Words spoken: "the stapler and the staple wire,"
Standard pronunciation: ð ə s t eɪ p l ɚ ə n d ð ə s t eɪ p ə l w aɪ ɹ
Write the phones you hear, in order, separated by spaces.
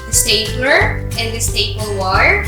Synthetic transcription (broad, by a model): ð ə s t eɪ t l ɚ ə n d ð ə s t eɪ b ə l w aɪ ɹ